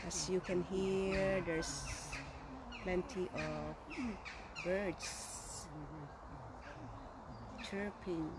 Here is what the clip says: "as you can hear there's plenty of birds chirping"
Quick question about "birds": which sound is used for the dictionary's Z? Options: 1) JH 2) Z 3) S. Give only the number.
3